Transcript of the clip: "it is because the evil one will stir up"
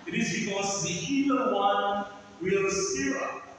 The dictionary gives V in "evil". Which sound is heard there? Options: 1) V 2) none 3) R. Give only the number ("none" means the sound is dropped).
2